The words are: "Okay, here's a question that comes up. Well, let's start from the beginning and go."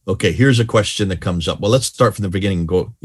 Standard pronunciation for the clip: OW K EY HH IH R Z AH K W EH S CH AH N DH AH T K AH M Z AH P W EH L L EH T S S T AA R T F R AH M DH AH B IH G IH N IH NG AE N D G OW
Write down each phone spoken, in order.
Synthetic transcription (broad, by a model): OW K EY HH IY R Z AH K W EH S CH AH N DH AH T K AH M Z AH P W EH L L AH T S S T AA R T F R AH M DH AH B IH G IH N IH NG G OW